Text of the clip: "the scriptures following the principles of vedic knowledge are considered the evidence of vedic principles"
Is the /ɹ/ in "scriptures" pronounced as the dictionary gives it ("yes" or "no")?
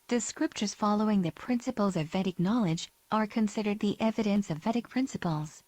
yes